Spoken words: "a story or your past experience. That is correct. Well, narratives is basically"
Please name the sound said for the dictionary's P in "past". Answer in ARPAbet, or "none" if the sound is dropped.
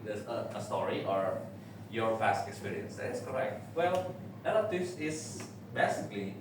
F